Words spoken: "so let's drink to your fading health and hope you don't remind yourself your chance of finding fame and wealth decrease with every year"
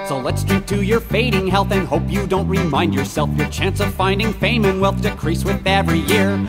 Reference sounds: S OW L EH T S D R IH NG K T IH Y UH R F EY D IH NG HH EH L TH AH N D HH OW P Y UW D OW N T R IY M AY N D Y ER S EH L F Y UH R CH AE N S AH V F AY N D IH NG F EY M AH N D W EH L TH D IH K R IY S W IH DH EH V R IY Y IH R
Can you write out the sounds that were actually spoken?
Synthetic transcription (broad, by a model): S OW L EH T S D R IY K T IH Y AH R F EY D IH NG HH EH L TH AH N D HH OW P Y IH D OW N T R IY M AY N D Y ER S EH L F Y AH R CH AE N S AH V F AY N D IH NG F EY M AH N W EH L TH D IH K R IY S W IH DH EH V R IY Y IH R